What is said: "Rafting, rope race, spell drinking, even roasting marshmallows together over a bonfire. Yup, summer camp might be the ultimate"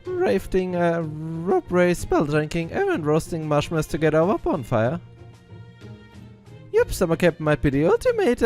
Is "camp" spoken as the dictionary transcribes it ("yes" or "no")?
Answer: no